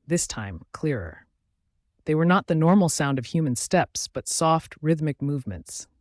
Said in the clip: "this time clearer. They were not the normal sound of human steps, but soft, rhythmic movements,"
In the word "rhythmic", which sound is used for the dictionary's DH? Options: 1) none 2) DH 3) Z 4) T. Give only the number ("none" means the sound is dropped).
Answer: 2